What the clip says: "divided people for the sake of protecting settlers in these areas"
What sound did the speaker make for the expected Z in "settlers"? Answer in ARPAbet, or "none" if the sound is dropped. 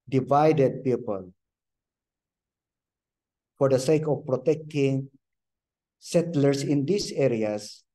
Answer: S